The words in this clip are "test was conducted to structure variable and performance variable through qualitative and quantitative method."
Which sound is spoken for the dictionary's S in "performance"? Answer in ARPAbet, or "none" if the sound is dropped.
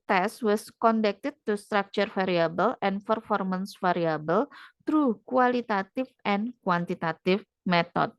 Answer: S